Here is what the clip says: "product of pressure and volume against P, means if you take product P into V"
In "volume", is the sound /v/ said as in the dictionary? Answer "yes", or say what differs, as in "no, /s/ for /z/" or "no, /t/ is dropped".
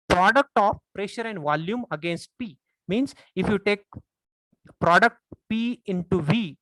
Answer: yes